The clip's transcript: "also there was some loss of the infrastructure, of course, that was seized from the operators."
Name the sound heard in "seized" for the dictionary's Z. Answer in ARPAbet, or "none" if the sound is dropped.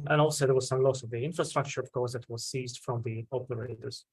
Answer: Z